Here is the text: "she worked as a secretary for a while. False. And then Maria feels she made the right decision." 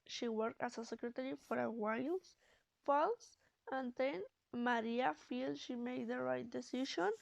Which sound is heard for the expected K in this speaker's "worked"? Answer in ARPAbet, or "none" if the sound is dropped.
K